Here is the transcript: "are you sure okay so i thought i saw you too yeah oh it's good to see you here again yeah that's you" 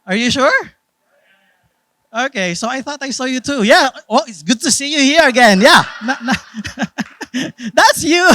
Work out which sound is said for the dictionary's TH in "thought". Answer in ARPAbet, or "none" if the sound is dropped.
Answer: TH